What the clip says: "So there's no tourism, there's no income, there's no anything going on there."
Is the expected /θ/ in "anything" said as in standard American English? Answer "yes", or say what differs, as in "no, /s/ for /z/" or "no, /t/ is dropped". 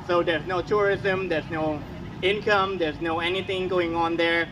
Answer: yes